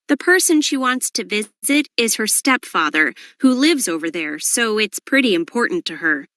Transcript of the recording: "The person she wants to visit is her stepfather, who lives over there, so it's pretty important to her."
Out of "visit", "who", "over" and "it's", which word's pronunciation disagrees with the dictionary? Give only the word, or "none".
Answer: none